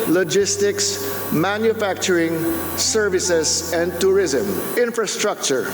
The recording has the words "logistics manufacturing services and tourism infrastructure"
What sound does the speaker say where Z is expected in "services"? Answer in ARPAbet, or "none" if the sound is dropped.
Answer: S